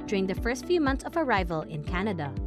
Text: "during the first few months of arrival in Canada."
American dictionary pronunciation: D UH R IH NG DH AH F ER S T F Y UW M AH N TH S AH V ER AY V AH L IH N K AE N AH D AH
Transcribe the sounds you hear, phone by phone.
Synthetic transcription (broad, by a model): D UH R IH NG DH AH F ER S T F Y UW M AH N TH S AH V ER AY V AH L IH N K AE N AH D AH